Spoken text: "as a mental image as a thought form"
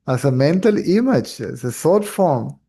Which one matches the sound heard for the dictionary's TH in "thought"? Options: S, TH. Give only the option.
S